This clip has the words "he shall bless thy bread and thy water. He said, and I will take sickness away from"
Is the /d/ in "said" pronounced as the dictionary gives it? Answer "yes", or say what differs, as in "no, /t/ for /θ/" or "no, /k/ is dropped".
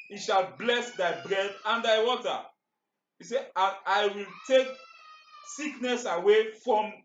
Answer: no, /d/ is dropped